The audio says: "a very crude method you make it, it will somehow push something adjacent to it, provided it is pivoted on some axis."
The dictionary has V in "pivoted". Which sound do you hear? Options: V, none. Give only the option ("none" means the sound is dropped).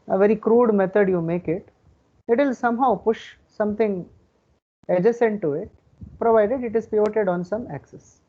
none